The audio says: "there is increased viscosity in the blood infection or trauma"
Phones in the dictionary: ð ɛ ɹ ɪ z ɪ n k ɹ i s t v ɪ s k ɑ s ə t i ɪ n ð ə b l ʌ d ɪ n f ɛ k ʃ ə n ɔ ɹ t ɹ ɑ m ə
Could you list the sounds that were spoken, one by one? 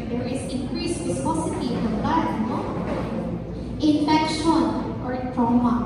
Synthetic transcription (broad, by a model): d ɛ ɹ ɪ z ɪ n k ɹ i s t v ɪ s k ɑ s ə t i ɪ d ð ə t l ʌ ɪ n f ɛ k ʃ ə n ɔ ɹ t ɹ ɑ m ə